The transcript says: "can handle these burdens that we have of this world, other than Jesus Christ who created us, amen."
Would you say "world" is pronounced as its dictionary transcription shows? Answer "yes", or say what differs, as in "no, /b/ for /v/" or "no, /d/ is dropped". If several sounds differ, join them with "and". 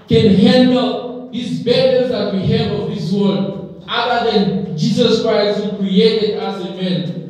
no, /l/ is dropped